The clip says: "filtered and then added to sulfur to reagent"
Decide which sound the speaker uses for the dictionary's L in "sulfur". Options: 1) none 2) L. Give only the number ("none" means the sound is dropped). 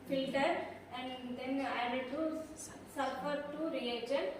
1